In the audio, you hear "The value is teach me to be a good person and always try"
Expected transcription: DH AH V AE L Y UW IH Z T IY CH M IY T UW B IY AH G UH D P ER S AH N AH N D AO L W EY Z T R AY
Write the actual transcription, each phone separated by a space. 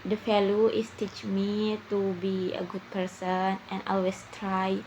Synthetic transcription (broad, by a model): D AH F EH L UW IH S T IY CH M IY T UW B IY AH G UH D P ER S AH N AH N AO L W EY S T R AY